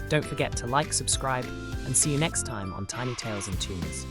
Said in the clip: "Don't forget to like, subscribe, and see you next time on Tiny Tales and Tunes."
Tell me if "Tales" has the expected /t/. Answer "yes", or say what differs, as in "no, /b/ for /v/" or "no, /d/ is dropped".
yes